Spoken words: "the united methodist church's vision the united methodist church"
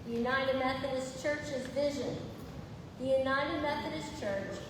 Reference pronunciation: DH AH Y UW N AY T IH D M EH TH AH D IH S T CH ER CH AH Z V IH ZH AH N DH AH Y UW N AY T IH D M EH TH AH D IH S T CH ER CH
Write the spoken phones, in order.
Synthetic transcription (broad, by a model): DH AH Y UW N AY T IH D M EH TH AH D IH S CH ER CH AH Z V IH ZH AH N DH AH Y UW N AY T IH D M EH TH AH D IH S CH ER CH